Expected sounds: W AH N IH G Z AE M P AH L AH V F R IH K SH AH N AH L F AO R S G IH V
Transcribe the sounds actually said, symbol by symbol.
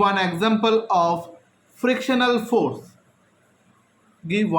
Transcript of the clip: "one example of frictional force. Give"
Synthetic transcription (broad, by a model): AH N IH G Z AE M P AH L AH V F R IH K SH AH N AH L F AO R S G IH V